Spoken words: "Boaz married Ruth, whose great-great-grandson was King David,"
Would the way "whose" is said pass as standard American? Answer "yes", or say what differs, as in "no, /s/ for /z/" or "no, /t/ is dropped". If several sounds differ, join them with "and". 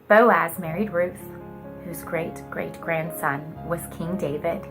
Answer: yes